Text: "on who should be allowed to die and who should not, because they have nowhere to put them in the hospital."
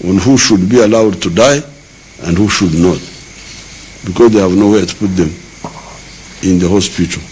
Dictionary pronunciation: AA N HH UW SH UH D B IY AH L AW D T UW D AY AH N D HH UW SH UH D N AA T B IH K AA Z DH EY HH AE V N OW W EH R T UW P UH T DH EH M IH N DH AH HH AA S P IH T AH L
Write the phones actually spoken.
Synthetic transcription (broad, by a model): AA N HH UW SH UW D B IY AH L AW D T UW D AY AH N D HH UW SH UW D N AA T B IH K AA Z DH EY HH AE V N OW W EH T UW P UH T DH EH M IH N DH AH HH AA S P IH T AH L